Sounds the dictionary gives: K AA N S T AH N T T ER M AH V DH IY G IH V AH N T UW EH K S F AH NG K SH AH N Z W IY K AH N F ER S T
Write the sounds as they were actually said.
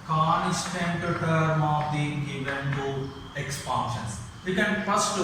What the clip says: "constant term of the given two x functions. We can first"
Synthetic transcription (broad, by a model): K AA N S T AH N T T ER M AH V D IY G IH V AH N T UW EH K S P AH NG SH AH N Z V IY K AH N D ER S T